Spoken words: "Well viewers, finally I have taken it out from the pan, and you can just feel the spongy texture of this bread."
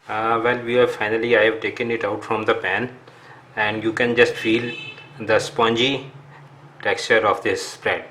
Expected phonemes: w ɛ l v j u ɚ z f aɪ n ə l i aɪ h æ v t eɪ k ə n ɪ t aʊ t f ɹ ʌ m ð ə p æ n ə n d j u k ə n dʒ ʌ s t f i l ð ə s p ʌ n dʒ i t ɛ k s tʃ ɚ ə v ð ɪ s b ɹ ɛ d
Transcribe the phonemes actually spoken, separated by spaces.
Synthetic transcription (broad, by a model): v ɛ l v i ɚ f aɪ n ə l i aɪ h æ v t eɪ k ə n ɪ t aʊ t f ɹ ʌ m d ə p æ n ə n d j u k ə n dʒ ʌ s t f i l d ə s p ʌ n dʒ i t ɛ k s tʃ ɚ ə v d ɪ s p ɹ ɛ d